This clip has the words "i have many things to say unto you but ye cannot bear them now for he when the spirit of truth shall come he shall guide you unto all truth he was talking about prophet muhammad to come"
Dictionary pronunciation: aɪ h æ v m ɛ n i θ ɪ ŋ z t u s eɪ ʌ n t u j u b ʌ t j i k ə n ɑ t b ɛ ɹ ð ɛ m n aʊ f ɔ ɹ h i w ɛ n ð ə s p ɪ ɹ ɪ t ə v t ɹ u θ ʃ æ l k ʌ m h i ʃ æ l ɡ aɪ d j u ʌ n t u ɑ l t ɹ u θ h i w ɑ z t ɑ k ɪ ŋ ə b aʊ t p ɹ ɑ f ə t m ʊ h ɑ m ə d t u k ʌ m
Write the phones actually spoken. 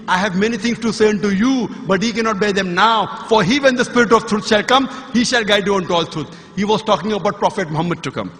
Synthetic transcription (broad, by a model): aɪ h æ v m ɛ n i t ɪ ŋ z t u s eɪ ʌ n t u j u b ʌ t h i k ə n ɑ t b ɛ ɹ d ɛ m n aʊ f ɔ ɹ h i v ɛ n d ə s p ɪ ɹ ɪ t ə v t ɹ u t ʃ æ l k ʌ m h i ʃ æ l ɡ aɪ d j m ʌ n t u ɑ l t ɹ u t h i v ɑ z t ɑ k ɪ ŋ ə b aʊ t p ɹ ɑ f ə t m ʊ h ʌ m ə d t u k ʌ m